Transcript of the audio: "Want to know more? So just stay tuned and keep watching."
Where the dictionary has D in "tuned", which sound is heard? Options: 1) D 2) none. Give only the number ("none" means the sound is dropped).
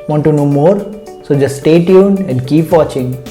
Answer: 2